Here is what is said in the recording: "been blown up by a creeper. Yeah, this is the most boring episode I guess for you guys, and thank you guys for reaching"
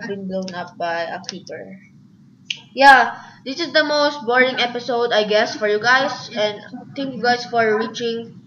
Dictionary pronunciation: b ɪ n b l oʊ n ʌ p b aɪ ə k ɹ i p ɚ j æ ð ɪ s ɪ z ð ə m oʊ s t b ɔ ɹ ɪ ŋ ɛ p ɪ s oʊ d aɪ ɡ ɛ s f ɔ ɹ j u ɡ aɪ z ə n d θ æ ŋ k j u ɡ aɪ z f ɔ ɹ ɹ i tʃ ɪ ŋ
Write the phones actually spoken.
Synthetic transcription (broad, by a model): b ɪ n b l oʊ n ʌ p b aɪ ə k i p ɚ j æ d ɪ s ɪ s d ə m oʊ s t b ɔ ɹ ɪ ŋ ɛ p ɪ s oʊ d aɪ ɡ ɛ s f ɔ ɹ j u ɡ aɪ s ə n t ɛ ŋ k j u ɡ aɪ s f ɔ ɹ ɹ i tʃ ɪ ŋ